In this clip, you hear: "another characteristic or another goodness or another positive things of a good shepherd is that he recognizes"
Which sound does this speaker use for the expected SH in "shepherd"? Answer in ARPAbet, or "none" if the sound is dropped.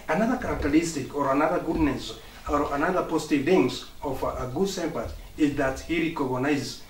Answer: S